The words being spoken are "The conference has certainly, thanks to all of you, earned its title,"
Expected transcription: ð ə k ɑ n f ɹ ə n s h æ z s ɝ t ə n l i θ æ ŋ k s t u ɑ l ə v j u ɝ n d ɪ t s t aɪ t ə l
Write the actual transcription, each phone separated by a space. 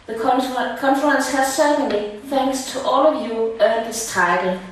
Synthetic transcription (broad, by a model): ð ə k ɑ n f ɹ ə n s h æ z s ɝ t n l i θ æ ŋ k s t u ɑ l ə v j u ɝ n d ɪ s t aɪ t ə l